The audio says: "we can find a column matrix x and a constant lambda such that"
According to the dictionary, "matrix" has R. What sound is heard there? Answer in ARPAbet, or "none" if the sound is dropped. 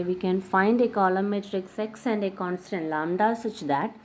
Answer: R